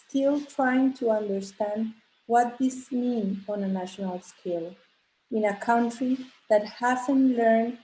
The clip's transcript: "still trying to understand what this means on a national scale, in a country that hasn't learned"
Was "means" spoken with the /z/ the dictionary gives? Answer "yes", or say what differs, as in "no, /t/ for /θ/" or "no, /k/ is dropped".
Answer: no, /z/ is dropped